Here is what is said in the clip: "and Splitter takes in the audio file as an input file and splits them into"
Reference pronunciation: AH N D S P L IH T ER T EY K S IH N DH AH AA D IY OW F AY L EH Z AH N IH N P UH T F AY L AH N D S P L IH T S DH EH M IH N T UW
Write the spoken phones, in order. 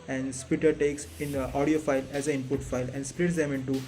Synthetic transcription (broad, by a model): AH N D S P IH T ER T EY K S IH N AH AA D IY OW F AY L EH Z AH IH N P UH T F AY L AH N D S P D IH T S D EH M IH N T UW